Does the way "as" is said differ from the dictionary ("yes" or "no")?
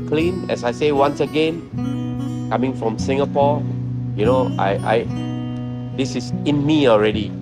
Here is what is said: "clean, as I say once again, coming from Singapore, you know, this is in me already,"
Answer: yes